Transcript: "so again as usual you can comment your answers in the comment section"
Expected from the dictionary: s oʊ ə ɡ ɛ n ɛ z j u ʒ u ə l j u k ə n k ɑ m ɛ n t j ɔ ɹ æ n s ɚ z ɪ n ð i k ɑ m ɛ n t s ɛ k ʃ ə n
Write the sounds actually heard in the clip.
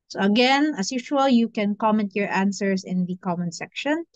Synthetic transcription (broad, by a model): s oʊ ə ɡ ɛ n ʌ s j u ʃ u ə l j u k ə n k ɑ m ɛ n t j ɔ ɹ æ n s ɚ s ɪ n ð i k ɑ m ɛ n s ɛ k ʃ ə n